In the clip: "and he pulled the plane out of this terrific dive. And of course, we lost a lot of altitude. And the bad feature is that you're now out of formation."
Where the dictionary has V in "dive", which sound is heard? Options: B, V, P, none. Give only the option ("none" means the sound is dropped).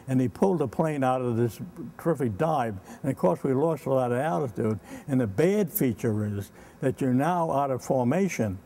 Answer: B